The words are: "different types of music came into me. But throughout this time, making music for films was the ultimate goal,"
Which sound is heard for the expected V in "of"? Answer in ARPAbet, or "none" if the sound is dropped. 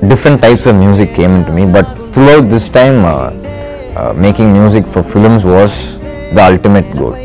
V